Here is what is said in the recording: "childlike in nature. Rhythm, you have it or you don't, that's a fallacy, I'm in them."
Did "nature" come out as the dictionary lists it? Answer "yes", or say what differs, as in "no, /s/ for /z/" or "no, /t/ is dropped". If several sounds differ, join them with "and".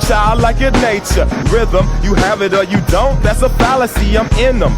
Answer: yes